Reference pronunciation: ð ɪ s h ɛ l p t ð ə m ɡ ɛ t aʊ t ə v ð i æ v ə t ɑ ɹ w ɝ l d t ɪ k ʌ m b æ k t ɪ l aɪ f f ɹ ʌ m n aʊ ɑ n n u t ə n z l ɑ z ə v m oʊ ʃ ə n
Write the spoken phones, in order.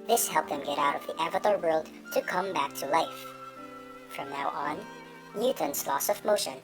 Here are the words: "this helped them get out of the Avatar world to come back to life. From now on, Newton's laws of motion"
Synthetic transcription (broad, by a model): ð ɪ s h ɛ l p ð ə m ɡ ɛ t aʊ t ə v ð i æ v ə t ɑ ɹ w ɝ l d t ɪ k ʌ m b æ k t ɪ l aɪ f f ɹ ʌ m n aʊ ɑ n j u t n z l ɑ s ə v m oʊ ʃ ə n